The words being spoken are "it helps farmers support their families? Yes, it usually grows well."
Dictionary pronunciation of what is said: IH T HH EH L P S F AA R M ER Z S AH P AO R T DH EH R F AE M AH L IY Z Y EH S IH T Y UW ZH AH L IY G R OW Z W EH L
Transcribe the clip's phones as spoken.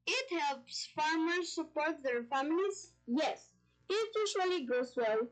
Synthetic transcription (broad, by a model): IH T HH EH L P S F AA R M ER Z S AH P AO R T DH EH R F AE M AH L IY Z Y EH S IH T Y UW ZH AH L IY G OW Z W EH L